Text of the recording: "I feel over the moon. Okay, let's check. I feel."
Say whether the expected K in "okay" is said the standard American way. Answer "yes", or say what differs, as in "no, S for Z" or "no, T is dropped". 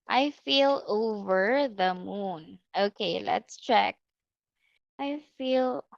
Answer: yes